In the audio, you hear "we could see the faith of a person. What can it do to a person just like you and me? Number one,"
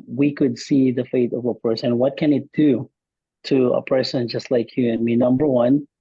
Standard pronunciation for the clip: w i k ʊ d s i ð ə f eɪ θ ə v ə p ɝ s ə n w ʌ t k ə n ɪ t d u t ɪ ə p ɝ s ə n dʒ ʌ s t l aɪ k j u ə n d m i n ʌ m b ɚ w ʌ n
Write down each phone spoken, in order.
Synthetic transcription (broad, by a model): w i k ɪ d s i ð ə f eɪ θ ə v ə p ɝ s ə n w ʌ t k ə n ɪ t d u t ɪ ə p ɝ s ə n dʒ ʌ s t l aɪ k j u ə n m i n ʌ m b ɚ w ʌ n